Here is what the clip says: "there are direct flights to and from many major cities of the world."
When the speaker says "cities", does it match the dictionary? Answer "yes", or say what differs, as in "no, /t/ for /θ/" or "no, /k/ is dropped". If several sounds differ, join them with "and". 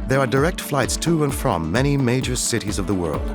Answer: yes